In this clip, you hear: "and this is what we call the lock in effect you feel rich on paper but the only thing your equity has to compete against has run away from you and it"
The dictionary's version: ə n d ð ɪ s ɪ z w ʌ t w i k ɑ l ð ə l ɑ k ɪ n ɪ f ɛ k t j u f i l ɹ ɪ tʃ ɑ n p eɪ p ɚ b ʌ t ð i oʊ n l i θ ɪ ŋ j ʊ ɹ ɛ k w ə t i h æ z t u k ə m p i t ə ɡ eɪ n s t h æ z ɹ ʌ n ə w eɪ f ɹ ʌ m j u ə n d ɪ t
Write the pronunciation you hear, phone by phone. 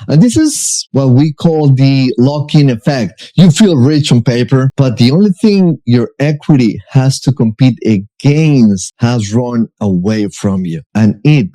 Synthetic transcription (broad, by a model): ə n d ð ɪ s ɪ z w ʌ t w i k ɑ l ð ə l ɑ k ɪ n ɪ f ɛ k t j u f i l ɹ ɪ tʃ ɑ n p eɪ p ɚ b ʌ t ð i oʊ n l i θ ɪ ŋ j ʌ ɹ ɛ k w ə t i h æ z t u k ə m p i t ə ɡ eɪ n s h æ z ɹ ʌ n ə w eɪ f ɹ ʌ m j u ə n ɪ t